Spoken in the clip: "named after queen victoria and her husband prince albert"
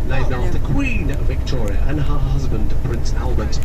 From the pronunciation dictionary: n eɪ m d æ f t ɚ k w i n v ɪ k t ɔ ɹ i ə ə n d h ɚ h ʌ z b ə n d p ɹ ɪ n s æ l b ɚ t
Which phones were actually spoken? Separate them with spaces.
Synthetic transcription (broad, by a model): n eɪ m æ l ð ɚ k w i n v ɪ k t ɔ ɹ i ə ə n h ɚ h ʌ z b ə n d p ɹ ɪ n s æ l b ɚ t